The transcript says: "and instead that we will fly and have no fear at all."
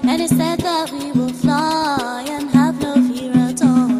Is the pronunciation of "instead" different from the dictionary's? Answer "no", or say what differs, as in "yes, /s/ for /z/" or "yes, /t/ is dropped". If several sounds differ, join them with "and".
yes, /n/ is dropped